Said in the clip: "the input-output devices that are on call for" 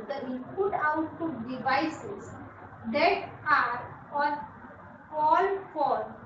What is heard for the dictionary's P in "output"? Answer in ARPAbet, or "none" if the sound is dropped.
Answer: none